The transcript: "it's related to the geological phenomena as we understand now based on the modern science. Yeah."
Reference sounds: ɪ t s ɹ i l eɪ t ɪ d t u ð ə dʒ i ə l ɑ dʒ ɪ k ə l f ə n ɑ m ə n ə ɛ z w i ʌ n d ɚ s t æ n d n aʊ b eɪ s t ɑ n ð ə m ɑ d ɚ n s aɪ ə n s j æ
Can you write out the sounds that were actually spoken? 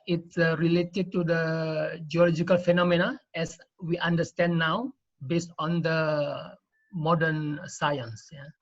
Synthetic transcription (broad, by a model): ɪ t s ɹ i l eɪ t ɪ d t u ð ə dʒ i ə l ɑ dʒ ɪ k ə l f ə n ɑ m ə n ə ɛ s w i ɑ n d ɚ s t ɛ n n aʊ b eɪ s t ɑ n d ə m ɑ d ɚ n s aɪ ə n s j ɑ